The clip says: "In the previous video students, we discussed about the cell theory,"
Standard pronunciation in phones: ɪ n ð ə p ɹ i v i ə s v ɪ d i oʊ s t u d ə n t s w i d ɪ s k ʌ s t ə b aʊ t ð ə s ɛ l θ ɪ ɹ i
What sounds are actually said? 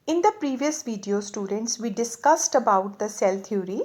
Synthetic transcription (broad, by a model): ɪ n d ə p ɹ i v i ə s v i d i oʊ s t u d ə n t s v i d ɪ s k ʌ s t ə b aʊ t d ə s ɛ l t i ɹ i